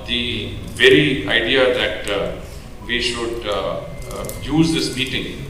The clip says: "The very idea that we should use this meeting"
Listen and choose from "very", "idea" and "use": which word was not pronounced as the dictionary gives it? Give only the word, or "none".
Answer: none